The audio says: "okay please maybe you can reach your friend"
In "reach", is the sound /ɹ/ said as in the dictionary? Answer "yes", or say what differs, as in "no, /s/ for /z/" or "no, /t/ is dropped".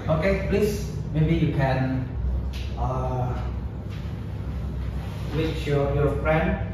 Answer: no, /w/ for /ɹ/